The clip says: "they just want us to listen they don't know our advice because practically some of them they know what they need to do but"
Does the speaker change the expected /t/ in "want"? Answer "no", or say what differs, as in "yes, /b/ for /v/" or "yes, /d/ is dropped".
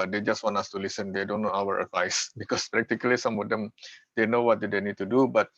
yes, /t/ is dropped